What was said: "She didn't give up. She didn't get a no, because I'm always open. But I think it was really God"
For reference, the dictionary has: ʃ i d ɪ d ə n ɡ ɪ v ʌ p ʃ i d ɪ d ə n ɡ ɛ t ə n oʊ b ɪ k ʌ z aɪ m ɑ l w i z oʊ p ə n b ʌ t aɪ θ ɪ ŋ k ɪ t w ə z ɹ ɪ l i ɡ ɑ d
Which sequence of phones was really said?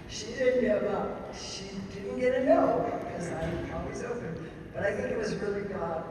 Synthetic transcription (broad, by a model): ʃ i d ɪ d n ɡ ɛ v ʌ ʃ i d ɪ d n ɡ ɛ t ə n oʊ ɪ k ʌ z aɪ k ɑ w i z oʊ p ə n b ʌ t aɪ θ ɪ ŋ k ɪ t w ə z ɹ ɪ l i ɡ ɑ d